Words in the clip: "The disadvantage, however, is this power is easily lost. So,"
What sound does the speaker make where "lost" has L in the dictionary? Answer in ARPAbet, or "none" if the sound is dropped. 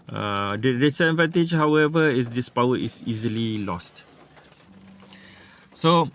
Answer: L